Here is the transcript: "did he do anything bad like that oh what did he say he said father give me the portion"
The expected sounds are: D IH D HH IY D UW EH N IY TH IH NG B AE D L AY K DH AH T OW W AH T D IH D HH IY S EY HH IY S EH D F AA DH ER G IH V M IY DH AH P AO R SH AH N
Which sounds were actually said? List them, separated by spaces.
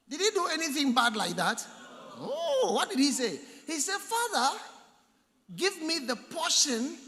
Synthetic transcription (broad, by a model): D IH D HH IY D UW EH N IY TH IH NG B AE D L AY K DH AH T OW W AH T D IH D HH IY S EY HH IY S EH D F AA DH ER G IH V M IY DH AH P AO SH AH N